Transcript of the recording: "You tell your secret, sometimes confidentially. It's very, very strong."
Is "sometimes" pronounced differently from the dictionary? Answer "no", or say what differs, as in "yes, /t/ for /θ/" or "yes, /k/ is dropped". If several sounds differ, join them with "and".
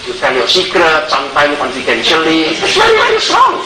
yes, /z/ is dropped